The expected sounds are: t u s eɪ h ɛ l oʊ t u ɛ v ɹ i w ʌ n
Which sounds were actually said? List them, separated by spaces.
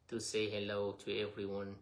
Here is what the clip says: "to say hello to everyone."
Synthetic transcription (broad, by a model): t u s eɪ h ɛ l oʊ t u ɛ v ɹ i w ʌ n